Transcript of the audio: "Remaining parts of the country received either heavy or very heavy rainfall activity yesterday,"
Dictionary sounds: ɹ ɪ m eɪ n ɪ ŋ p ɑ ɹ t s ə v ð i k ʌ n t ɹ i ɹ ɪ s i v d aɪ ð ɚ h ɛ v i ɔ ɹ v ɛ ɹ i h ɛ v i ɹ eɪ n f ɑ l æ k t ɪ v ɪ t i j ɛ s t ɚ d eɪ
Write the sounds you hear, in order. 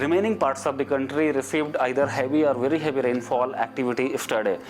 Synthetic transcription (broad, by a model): ɹ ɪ m eɪ n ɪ ŋ p ɑ ɹ t s ə v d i k ʌ n t ɹ i ɹ ɪ s i v d aɪ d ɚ h ɛ v i ɔ ɹ v ɛ ɹ i h ɛ v i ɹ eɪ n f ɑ l æ k t ɪ v ɪ t i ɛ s t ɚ d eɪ